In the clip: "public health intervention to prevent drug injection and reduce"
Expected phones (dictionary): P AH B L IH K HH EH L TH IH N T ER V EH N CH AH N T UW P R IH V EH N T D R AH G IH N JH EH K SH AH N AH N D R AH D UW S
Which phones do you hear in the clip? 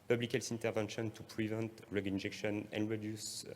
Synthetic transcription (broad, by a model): P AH B L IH K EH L S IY N T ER V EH N SH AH N T UW P R IH V EH N T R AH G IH N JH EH K SH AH N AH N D R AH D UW S